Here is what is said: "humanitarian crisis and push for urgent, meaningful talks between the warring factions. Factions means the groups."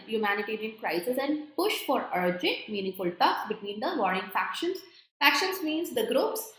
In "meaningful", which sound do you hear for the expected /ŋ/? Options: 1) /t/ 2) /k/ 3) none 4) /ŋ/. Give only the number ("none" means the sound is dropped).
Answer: 3